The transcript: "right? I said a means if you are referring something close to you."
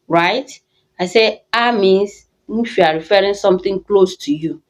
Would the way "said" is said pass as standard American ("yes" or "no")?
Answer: no